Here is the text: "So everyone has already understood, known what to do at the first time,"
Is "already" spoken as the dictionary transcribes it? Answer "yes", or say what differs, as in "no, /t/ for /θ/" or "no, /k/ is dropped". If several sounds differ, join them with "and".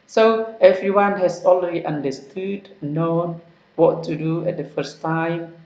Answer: no, /l/ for /ɹ/